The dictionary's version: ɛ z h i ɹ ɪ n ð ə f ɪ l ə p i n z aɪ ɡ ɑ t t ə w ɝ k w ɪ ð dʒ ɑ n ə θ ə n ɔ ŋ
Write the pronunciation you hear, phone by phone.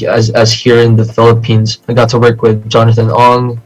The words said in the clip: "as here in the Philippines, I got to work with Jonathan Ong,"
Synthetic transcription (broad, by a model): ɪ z h i ɹ ɪ n ð ə f ɪ l ə p i n z aɪ ɡ ɑ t t ə w ɝ k w ɪ ð dʒ ɑ n ə θ ə n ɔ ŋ